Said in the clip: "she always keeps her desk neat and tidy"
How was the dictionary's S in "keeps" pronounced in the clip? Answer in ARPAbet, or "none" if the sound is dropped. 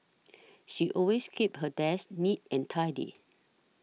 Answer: none